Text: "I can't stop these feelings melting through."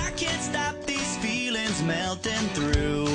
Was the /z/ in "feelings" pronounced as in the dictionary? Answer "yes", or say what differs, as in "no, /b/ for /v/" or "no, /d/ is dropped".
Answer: yes